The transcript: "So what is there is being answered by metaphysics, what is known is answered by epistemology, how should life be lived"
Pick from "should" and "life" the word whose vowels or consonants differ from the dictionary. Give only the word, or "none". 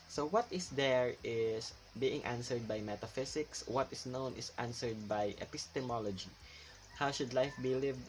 none